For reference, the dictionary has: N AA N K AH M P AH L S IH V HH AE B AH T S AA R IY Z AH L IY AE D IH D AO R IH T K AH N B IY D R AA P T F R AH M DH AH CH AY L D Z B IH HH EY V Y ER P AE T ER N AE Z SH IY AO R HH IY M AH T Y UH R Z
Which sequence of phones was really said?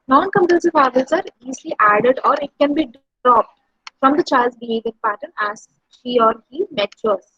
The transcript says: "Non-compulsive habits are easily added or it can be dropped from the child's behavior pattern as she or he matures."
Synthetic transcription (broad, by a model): N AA N K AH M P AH S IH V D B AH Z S AA R IY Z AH L IY AE D IH D AO R IH T K AH N B IY D R AA P T F R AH M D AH CH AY L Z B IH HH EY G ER P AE T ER N AE Z SH IY AO R HH IY M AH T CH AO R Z